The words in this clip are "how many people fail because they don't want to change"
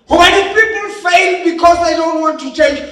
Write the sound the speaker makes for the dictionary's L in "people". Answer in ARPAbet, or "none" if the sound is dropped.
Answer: N